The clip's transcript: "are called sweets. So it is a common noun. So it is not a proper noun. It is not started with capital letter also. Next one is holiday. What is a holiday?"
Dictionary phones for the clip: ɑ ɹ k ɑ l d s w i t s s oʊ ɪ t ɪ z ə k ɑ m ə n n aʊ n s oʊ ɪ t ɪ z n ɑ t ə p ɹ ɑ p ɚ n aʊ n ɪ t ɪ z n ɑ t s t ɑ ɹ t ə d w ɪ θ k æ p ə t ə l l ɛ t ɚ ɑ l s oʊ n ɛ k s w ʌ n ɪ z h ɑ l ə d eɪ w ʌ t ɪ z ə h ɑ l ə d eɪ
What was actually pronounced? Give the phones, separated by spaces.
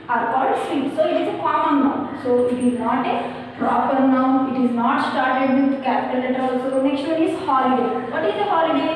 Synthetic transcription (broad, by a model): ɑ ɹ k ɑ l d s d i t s s oʊ ɪ t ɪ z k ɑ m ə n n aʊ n s oʊ ɪ t ɪ z n ɑ t ə p ɹ ɑ p ɚ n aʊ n ɪ t ɪ z n ɑ t s t ɑ ɹ t ə d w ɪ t k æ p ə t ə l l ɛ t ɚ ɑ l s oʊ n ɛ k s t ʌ ɪ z h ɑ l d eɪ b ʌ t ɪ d ə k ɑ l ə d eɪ